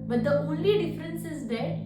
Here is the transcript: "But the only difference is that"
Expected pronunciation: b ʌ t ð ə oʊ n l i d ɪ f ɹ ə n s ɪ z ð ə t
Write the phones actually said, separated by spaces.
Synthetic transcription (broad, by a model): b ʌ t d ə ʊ l i d ɪ f ɹ ə n s ɪ z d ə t